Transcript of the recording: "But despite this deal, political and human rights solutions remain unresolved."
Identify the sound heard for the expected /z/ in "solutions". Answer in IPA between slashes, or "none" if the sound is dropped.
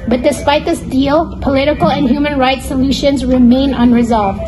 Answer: /z/